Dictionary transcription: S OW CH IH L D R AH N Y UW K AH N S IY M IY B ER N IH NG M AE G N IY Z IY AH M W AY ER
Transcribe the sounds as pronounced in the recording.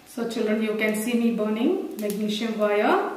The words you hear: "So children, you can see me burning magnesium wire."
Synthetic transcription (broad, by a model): S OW CH IH L D R AH N Y UW K AH N S IY M IY B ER N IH NG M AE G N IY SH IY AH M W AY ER